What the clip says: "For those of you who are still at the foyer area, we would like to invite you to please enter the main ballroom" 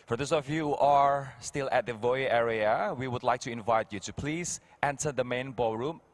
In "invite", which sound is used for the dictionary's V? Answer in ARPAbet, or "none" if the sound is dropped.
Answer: V